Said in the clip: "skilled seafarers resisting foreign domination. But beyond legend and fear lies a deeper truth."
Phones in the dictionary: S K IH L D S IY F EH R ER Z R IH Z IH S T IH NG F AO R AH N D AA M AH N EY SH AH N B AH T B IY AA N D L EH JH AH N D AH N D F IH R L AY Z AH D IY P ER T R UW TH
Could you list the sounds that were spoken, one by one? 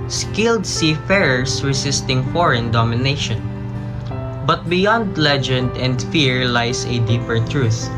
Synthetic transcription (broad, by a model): S K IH L D S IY F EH R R S R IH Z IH S T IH NG F AO R AH N D AA M AH N EY SH AH N B AH T B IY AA N D L EH JH AH N D AH N D F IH R L AY S AH D IY P ER T R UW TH